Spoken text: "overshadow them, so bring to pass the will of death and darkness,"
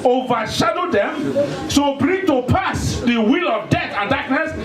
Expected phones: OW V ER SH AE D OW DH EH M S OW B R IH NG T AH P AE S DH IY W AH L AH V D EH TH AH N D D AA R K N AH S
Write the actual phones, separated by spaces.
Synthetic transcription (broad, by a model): OW V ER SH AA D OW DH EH M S OW B R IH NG T AH P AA S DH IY W AH L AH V D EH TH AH N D D AA K N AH S